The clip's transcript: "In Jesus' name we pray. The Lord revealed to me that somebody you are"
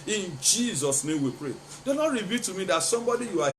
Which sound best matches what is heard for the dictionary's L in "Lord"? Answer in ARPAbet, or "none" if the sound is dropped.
N